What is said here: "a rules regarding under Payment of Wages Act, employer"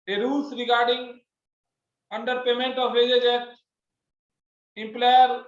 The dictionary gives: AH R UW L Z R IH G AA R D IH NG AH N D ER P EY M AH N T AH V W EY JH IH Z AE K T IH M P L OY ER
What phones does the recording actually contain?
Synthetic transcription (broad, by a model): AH R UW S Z R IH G AA R D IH NG AH N D ER P EY M AH N T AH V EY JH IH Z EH T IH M P L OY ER